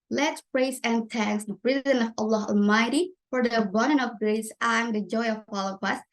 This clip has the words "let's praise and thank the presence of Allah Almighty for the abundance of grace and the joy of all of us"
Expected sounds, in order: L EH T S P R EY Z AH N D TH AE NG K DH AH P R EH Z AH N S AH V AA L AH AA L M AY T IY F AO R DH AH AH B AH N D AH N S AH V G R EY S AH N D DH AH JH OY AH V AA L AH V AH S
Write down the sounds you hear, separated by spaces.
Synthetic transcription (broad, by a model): L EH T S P R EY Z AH N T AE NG K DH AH P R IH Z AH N AH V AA L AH AA L M AY T IY F AO R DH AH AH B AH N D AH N AH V G R EY S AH N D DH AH JH OY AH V AA L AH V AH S